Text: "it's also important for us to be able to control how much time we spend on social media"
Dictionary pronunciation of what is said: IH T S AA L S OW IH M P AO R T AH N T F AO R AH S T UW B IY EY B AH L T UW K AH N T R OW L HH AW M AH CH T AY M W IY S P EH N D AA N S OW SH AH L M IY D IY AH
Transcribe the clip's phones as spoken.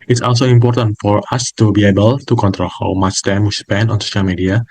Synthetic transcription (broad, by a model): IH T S AA L S OW IH M P AO R T AH N T F AO R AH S T UW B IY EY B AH L T UW K AH N T R OW L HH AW M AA S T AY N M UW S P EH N AA N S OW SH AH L M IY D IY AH